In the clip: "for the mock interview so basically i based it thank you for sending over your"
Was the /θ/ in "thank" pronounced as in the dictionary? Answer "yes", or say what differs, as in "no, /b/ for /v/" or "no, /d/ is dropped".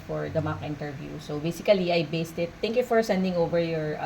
no, /t/ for /θ/